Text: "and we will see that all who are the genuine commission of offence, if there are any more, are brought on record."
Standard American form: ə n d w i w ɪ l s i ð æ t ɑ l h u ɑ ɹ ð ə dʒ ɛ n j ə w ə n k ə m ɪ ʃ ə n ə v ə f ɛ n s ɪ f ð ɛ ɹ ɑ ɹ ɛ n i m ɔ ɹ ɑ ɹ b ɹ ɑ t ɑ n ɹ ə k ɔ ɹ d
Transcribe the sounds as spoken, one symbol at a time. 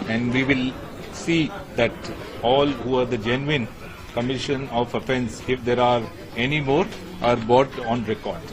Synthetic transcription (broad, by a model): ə n d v i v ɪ l s i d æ t ɑ l h u ɑ ɹ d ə dʒ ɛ n j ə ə n k ə m ɪ ʃ ə n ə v ə f ɛ n s ɪ f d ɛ ɹ ɑ ɹ ɛ n i m ɔ ɹ ɑ ɹ b ɑ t ɑ n ɹ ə k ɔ ɹ d